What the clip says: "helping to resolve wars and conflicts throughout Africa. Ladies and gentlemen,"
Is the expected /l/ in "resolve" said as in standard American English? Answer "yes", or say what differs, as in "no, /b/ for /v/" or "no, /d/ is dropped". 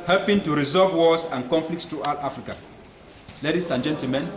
no, /l/ is dropped